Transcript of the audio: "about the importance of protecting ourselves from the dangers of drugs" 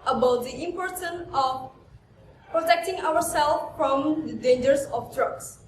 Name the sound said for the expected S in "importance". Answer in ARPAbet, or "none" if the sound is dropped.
none